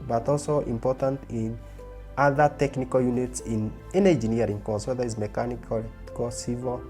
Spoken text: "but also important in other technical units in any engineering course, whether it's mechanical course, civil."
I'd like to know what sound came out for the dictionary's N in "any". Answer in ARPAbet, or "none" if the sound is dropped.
N